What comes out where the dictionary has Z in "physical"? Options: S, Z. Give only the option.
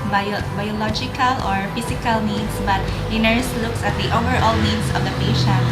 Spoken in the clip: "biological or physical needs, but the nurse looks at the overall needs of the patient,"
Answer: S